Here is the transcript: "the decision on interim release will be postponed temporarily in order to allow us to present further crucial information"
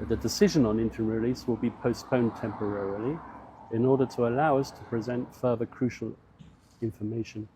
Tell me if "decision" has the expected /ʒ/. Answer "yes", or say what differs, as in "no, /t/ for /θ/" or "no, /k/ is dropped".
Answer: yes